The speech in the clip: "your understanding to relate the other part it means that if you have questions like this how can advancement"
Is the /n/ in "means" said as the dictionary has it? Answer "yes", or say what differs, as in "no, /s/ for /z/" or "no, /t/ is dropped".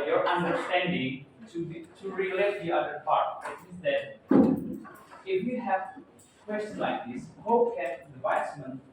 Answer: no, /n/ is dropped